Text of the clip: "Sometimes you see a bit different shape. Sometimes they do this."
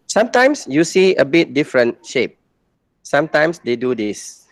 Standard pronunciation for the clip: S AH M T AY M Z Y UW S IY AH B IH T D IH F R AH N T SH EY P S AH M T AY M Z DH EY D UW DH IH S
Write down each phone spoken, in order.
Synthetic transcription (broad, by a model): S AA M T AY M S Y UW S IY AH B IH T D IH F R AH N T SH EY P S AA M T AY M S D EY D UW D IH S